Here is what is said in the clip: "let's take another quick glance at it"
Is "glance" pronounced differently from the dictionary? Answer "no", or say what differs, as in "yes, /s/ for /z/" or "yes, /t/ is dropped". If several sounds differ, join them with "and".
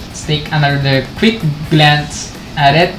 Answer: no